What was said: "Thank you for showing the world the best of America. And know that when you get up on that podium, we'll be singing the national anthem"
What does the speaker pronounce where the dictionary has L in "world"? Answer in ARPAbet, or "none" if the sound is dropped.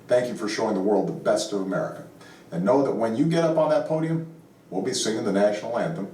L